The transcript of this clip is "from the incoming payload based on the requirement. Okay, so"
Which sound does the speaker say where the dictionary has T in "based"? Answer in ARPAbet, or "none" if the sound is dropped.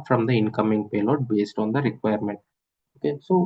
T